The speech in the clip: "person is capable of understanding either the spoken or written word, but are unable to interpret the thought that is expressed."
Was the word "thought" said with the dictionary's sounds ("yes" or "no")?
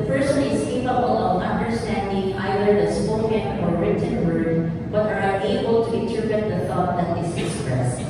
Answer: yes